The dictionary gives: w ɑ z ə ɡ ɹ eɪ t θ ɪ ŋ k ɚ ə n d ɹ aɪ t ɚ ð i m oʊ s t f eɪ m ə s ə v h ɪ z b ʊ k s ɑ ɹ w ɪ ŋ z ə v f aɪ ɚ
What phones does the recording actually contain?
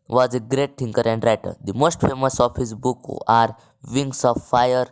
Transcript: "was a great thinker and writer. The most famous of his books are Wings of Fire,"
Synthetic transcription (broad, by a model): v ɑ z ə ɡ ɹ eɪ t t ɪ ŋ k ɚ ə n d ɹ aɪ t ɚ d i m oʊ s t f eɪ m ə s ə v h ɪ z b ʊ k ɑ ɹ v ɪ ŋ s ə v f aɪ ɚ